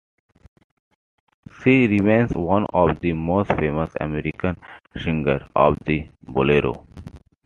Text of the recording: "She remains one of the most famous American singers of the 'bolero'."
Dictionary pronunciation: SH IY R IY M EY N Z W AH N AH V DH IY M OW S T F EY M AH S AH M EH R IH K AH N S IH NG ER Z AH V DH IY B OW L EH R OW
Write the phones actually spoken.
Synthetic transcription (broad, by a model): S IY R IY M EY N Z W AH N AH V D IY M OW S T F EY M AH S AH M EH R IH K AH N SH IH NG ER AH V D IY B OW L EH R OW